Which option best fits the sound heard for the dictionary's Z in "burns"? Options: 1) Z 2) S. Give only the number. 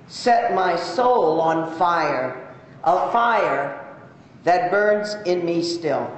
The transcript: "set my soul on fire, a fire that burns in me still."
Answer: 1